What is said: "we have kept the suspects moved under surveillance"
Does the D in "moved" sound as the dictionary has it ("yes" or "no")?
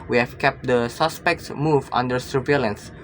no